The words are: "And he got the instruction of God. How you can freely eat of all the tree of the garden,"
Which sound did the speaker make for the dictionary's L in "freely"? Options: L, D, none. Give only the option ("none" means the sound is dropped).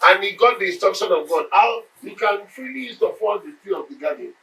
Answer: none